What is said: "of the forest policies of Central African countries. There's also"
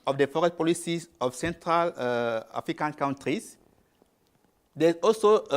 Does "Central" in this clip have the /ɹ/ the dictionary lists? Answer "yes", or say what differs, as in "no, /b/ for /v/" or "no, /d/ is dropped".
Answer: yes